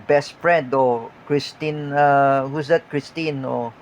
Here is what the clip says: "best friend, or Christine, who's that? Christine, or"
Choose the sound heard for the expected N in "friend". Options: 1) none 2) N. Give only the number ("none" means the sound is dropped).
2